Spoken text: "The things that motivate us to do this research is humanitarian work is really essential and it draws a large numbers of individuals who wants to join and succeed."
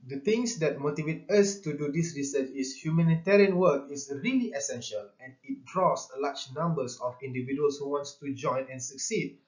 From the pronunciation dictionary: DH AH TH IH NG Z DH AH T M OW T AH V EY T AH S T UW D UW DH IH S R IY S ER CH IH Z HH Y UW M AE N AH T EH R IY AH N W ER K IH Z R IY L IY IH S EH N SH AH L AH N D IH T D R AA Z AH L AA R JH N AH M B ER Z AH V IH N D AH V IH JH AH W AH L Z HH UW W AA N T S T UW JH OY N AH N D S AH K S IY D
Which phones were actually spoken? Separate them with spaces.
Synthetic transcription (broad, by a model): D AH T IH NG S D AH T M OW T AH V EY T AH S T UW D UW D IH S R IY S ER CH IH S HH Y UW M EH N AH T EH R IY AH N W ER K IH S R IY L IY IH S EH N SH AH L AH N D IH T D R AA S L AA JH N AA M B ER S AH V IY N D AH V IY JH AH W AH L S HH UW W AA N T S T UW JH OY N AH N S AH K S IY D